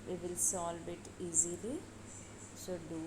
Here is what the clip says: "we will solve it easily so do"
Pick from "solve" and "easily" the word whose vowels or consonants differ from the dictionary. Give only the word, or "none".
solve